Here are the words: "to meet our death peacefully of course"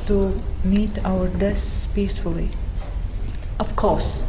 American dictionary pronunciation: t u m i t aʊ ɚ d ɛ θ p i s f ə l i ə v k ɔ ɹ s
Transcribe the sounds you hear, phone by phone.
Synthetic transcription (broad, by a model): t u m i t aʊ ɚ d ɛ s p i s f ə l i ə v k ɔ ɹ s